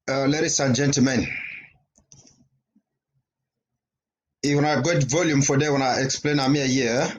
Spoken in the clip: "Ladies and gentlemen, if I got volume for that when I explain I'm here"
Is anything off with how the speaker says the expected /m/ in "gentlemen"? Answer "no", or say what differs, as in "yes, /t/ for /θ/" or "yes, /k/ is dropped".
no